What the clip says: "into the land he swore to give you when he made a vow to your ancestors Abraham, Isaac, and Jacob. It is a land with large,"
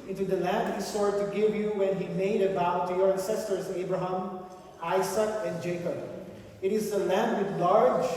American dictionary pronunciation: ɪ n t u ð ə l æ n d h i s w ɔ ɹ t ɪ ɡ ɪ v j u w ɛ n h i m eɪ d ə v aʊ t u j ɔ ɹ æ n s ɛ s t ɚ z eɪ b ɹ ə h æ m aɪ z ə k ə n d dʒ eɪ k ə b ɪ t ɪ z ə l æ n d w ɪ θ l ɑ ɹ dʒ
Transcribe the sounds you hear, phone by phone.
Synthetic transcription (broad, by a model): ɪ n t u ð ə l æ n d h i s ɔ ɹ t ɪ ɡ ɪ v j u w ɛ n h i m eɪ d ə b aʊ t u j ɔ ɹ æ n s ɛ s t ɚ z eɪ b ɹ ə h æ m aɪ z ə k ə n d dʒ eɪ k ə b ɪ t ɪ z ə l æ n d w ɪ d l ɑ ɹ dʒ